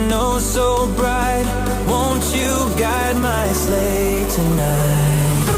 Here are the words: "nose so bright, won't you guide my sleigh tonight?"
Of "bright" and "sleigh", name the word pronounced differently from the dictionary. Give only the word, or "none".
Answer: none